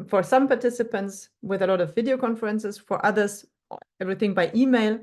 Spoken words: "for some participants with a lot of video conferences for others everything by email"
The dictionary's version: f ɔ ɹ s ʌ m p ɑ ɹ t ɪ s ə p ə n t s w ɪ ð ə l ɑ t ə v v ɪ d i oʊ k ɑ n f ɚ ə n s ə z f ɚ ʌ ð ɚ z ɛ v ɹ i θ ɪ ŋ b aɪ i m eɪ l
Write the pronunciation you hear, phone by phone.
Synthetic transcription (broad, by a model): f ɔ ɹ s ʌ m p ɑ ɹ t ɪ s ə p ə n t s w ɪ ð ə l ɑ t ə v v ɪ d i oʊ k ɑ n f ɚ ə n s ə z f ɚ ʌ ð ɚ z ɛ v ɹ i θ ɪ ŋ b aɪ i m eɪ l